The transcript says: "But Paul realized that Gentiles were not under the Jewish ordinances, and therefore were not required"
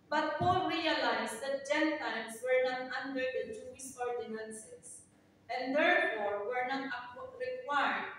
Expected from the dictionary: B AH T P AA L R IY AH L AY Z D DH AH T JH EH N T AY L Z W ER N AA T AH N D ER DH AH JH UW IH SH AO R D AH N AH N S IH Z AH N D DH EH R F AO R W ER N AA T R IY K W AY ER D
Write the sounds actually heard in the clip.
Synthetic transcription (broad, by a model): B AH T P AA L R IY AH L AY S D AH T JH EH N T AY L S W ER N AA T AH N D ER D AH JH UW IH S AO R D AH N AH N S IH S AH N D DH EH R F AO R W ER N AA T R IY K W AY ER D